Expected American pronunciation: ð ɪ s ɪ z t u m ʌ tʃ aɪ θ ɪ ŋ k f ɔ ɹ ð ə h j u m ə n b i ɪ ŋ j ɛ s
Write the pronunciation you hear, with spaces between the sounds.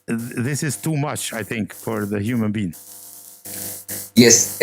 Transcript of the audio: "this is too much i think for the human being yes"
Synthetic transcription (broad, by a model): ð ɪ s ɪ z t u m ʌ tʃ aɪ θ ɪ ŋ k f ɔ ɹ ð ə h j u m ə n b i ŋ j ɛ s